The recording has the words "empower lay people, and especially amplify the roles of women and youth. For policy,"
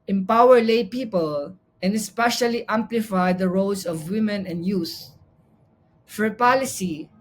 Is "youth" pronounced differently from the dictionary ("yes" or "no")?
yes